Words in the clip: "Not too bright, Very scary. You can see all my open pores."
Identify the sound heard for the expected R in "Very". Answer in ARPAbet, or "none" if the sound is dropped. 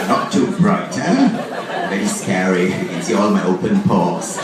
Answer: none